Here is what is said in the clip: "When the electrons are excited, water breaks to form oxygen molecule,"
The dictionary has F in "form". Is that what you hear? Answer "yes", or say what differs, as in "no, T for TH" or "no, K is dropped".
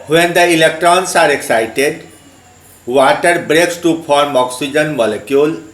no, P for F